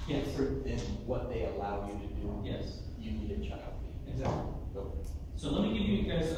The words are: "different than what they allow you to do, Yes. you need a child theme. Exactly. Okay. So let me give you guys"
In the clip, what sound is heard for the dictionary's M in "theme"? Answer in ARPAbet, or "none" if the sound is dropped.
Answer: none